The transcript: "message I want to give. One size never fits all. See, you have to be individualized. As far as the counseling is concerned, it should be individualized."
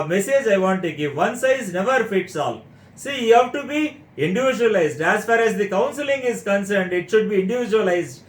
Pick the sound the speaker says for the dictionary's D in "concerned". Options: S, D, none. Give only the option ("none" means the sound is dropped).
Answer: D